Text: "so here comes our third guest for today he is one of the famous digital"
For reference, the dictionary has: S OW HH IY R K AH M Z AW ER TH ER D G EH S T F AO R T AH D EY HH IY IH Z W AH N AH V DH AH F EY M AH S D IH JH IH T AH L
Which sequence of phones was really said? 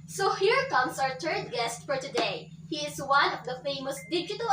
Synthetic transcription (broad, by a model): S OW HH IY R K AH M S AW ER T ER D G EH S T F AO R T AH D EY HH IY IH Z W AH N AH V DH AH F EY M AH S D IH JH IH T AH L